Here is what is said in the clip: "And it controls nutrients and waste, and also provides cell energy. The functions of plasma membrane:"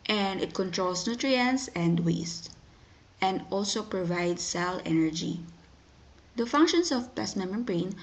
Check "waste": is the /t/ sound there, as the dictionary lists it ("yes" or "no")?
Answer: yes